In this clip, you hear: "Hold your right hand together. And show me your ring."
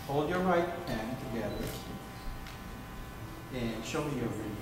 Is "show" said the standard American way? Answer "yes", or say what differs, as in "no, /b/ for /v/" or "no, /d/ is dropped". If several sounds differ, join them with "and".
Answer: yes